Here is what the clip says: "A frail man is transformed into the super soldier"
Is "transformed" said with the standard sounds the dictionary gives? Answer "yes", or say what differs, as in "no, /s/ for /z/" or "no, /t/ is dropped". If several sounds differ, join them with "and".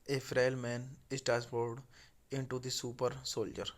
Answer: no, /ɹ/ is dropped and /n/ is dropped and /m/ is dropped